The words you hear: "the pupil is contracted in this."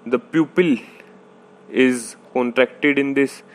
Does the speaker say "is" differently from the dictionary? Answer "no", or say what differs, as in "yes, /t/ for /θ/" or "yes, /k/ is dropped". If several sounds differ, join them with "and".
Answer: no